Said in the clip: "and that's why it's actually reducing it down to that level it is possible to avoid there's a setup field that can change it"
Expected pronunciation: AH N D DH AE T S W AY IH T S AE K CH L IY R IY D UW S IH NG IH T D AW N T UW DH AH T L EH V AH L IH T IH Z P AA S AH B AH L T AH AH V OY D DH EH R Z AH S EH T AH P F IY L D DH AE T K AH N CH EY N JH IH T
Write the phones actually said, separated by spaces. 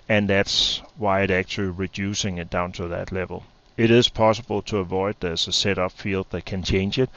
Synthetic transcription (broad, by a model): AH N DH AE T S W AY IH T AE K CH L IY R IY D UW S IH NG IH T D AW N T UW DH AH T L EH V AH L IH T IH Z P AA S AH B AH L T AH AH V OY D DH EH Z AH S EH T AH P F IY L D DH AE T K AH N CH EY N JH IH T